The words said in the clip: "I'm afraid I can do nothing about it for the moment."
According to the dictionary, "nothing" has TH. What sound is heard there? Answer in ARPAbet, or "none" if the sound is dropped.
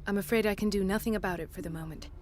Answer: TH